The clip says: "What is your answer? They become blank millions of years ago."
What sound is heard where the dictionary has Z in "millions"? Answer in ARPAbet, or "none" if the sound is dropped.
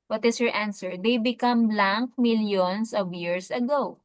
S